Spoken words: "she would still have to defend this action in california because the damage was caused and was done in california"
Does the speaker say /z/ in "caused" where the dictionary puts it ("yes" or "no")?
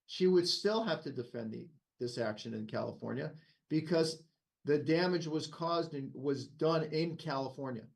yes